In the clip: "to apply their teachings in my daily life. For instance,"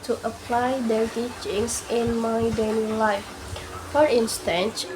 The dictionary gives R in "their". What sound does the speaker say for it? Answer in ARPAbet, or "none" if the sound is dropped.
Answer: L